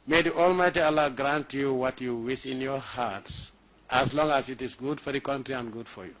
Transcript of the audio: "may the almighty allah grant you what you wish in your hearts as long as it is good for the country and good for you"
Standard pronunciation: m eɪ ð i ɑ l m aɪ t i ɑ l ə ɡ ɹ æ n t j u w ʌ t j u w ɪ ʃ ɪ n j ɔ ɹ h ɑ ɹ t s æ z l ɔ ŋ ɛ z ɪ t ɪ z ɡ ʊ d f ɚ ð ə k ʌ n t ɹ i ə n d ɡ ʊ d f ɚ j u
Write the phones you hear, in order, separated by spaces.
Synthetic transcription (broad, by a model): m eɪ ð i ɑ l m aɪ t i ɑ l ə ɡ ɹ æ n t j u w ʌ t j u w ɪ s ɪ n j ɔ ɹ h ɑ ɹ t s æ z l ɔ ŋ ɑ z ɪ t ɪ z ɡ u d f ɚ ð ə k ʌ n t ɹ i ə n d ɡ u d f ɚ j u